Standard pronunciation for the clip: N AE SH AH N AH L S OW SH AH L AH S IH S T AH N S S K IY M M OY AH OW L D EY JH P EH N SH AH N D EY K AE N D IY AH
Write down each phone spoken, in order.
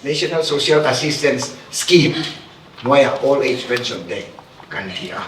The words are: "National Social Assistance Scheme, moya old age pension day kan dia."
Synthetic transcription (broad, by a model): N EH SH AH N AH L S OW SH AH L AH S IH S T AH N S S K IY M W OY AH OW L EY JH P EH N S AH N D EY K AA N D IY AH